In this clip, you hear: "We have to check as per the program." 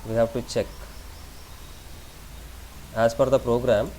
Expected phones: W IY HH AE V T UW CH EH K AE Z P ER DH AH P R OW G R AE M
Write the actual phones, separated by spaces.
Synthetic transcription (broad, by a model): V IY HH AE V T UW CH EH K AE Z F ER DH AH P R OW G R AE M